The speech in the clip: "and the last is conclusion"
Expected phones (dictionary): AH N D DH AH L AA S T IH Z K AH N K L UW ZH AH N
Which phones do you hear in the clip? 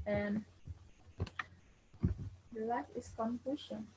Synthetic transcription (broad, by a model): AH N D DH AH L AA T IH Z K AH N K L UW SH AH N